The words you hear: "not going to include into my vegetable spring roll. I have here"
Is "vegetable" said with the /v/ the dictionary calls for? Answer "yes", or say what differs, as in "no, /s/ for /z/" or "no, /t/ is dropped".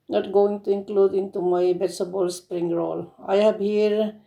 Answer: no, /b/ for /v/